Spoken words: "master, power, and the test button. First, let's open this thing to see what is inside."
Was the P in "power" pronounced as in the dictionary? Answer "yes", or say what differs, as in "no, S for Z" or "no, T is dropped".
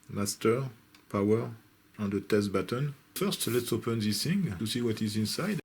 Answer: yes